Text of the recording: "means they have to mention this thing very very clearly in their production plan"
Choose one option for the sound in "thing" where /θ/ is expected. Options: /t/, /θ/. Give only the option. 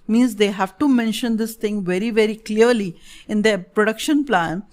/t/